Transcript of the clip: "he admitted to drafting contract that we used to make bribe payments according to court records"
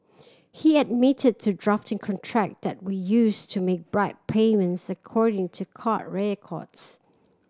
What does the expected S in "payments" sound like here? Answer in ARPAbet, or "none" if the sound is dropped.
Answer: S